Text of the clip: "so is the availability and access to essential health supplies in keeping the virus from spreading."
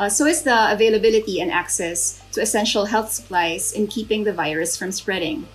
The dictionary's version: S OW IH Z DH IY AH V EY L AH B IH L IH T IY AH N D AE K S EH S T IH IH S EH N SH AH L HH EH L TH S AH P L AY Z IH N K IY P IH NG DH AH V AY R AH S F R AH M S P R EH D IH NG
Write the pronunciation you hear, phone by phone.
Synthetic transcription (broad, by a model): S OW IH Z DH IY AH V EY L AH B IH L IH T IY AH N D AE K S EH S T IH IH S EH N SH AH L HH EH L TH S AH P L AY Z IH N K IY P IH NG DH AH V AY R AH S F R AH M S P R EH D IH NG